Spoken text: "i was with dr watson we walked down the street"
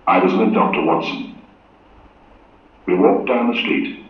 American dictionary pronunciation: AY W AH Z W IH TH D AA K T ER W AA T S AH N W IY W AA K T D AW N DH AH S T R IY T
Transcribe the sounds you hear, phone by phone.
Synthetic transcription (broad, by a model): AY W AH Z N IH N D AA K T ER W AA T S AH N W IY W AA K D AW N DH AH S T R IY T